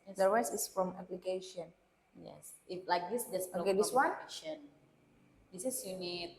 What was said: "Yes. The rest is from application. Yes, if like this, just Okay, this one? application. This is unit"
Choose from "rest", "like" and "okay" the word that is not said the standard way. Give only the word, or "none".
rest